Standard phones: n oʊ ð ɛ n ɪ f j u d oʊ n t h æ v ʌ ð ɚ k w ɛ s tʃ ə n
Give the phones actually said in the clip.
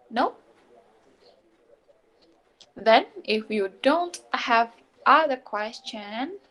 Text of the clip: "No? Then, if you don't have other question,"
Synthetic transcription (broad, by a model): n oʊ ð ɛ n ɪ f j u d oʊ n t h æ v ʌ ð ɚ k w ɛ s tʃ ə n